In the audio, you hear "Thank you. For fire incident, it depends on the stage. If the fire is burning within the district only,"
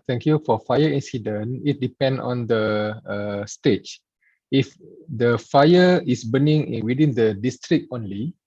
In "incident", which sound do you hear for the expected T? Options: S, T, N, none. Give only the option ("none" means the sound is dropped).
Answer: none